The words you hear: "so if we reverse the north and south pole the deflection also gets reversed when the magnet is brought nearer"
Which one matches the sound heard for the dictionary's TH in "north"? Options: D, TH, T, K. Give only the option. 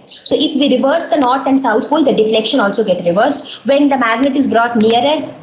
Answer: T